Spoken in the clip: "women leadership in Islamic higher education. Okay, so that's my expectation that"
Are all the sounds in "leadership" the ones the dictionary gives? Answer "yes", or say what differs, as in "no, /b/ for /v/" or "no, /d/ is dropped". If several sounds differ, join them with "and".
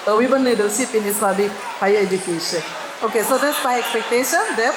no, /s/ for /ʃ/